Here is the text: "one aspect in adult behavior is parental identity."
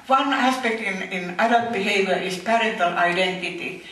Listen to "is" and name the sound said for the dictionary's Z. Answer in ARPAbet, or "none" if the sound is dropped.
S